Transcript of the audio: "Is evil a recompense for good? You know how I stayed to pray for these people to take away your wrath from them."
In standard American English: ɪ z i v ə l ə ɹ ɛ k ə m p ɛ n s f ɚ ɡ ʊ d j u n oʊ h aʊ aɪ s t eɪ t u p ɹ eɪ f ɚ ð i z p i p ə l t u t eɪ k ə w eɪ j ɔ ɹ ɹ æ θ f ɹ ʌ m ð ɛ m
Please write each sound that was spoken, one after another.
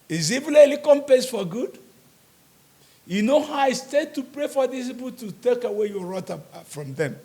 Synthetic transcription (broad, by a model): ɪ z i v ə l ə l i k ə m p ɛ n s f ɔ ɡ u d j u n oʊ h aʊ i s t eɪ t u p ɹ eɪ f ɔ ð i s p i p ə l t u t eɪ k ə w eɪ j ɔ ɹ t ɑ f ɹ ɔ m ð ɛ m